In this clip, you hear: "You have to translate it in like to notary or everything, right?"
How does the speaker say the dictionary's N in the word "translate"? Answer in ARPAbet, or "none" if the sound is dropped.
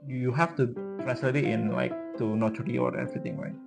none